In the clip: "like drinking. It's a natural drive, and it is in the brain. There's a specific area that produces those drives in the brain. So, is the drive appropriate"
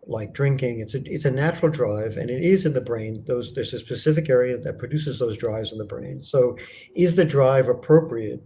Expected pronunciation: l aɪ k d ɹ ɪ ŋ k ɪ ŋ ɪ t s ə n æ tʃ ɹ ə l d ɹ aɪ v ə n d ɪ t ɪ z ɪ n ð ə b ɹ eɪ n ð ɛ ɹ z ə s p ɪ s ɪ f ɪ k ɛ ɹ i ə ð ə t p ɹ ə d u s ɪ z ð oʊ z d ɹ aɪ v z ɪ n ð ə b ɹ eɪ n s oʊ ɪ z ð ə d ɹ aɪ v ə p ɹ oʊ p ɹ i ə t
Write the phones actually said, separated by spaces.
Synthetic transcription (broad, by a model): l aɪ k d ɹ ɪ ŋ k ɪ ŋ ɪ t s ə n æ tʃ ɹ l d ɹ aɪ v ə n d ɪ t ɪ z ɪ n ð ə b ɹ eɪ n ð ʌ ɹ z ə s p ɪ s ɪ f ɪ k ɛ ɹ i ə ð ə t p ɹ ə d u s ɪ z ð oʊ z d ɹ aɪ v z n ð ə b ɹ eɪ n s oʊ ɪ z ð ə d ɹ aɪ v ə p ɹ oʊ p ɹ i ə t